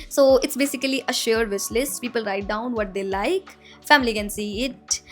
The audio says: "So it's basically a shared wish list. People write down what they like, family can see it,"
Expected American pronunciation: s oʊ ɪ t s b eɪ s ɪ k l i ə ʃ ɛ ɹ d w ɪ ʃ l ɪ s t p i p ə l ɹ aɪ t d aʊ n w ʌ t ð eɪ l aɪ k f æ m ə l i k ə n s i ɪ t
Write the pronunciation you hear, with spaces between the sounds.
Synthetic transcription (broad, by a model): s oʊ ɪ t s b eɪ s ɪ k l i ə ʃ ɛ ɹ d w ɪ s l ɪ s t p i p ə l ɹ aɪ t d aʊ n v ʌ t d eɪ l aɪ k f æ m ə l i k ə n s i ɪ t